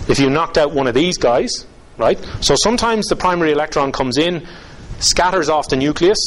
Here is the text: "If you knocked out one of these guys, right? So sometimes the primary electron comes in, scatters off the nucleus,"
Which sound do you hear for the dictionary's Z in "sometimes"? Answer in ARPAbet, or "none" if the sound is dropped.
Z